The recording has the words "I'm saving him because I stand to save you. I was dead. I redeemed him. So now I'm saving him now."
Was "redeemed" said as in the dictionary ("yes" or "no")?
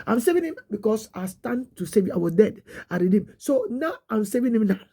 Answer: no